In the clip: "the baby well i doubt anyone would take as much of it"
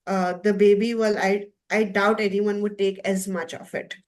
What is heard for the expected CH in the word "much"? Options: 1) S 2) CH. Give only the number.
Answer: 2